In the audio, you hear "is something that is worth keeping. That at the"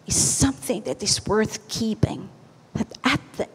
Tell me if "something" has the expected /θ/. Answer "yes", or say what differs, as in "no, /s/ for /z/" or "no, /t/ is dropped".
yes